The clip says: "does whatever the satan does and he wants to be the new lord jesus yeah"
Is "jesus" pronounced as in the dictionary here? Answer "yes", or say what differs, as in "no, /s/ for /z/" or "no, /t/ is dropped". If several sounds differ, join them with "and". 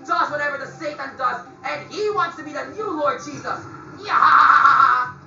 yes